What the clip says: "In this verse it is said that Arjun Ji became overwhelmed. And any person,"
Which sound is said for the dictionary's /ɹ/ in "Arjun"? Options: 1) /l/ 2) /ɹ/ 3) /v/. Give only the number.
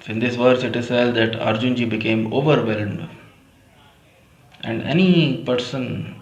2